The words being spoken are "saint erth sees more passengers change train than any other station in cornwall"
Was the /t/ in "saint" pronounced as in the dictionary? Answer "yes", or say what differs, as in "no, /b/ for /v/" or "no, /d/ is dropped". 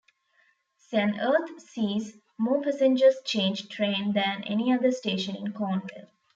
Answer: no, /t/ is dropped